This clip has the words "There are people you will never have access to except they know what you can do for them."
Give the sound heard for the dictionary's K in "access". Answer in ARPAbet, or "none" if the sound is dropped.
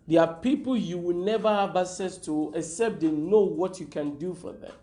none